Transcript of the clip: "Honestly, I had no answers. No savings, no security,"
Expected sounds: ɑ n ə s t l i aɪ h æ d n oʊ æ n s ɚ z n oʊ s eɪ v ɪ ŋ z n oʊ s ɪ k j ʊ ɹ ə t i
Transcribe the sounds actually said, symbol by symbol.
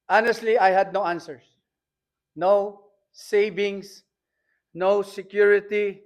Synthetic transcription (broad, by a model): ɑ n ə s t l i aɪ h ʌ d n oʊ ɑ n s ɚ s n oʊ s eɪ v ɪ ŋ s n oʊ s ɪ k j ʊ ɹ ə t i